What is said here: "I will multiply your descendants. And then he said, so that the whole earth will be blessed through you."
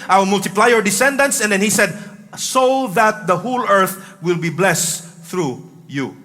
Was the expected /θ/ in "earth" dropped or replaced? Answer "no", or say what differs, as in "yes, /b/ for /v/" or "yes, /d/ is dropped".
no